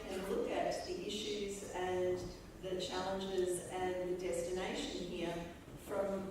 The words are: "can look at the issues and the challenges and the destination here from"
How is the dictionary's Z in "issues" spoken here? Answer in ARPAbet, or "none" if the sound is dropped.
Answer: Z